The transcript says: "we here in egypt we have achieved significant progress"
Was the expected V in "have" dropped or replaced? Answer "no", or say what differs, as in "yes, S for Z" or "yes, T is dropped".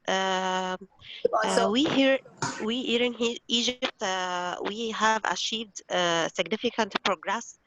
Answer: no